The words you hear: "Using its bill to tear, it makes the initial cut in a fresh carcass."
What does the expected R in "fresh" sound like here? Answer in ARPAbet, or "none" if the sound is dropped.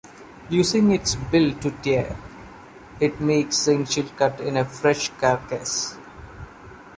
R